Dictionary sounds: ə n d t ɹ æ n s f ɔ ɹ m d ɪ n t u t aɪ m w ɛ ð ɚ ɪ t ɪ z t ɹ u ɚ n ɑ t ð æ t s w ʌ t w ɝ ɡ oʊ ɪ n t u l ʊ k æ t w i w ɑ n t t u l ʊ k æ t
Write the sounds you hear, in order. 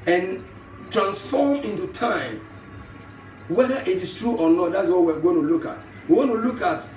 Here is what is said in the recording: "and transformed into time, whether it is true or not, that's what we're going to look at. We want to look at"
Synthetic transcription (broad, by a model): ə n t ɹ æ n s f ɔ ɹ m ɪ n t u t aɪ m w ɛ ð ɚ ɪ t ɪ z t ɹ u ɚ n ɑ t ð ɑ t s w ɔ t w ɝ ɡ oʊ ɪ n t u l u k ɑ t w i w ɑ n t t u l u k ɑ t